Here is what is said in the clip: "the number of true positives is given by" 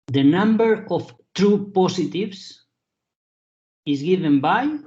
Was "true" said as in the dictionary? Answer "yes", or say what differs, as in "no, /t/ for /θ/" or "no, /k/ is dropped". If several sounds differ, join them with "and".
yes